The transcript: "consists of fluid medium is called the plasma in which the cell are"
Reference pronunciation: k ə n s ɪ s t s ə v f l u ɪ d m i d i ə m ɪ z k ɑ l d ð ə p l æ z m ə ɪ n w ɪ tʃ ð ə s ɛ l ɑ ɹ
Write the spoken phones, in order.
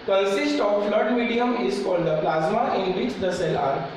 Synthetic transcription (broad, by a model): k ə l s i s t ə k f l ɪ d m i d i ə m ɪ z k ɑ l d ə p l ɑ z m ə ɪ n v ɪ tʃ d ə s ɛ l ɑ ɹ